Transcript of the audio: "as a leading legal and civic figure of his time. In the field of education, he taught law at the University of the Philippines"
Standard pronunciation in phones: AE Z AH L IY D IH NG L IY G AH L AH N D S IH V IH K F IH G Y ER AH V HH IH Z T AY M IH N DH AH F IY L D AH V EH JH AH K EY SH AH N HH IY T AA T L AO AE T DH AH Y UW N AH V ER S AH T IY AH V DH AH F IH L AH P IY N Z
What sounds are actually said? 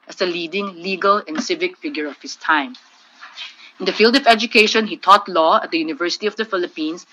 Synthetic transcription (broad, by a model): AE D AH L IY D IH NG L IY G AH L AH N D S IH V IH K F IH G Y ER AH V HH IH S T AY M IH N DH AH F IY L D AH V EH JH AH K EY SH AH N HH IY T AA T L AO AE T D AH Y UW N AH V ER S AH T IY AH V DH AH F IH L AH P IY N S